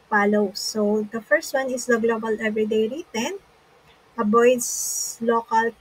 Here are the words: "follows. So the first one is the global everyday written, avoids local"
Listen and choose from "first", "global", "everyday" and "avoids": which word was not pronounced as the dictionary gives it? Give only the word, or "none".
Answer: avoids